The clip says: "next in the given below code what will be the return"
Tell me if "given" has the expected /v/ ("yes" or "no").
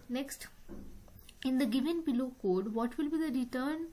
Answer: yes